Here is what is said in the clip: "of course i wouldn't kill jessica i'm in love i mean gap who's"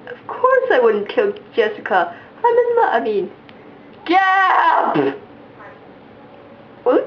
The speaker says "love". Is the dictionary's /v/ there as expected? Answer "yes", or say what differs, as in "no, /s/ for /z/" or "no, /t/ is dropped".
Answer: no, /v/ is dropped